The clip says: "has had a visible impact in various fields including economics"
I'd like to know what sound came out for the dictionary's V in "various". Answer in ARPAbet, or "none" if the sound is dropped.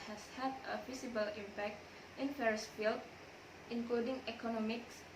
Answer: F